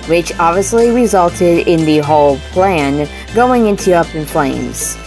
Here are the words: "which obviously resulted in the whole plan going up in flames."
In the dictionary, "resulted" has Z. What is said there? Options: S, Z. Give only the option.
Z